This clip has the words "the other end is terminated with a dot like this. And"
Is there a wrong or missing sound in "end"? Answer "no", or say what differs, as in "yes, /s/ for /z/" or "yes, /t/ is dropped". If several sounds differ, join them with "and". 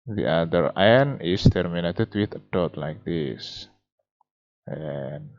yes, /d/ is dropped